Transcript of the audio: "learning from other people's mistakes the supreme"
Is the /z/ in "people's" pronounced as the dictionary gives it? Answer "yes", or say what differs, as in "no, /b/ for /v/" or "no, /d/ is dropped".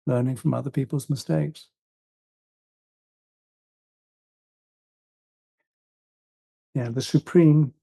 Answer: yes